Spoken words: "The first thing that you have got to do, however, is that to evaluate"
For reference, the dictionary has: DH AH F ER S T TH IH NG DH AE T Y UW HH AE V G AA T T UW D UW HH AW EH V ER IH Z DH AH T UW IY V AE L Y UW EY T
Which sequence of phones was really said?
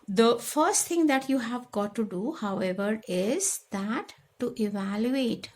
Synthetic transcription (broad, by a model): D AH F ER S T T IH NG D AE T Y UW HH AE V G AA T T UW D UW HH AW EH V ER IH Z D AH T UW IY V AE L Y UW EY T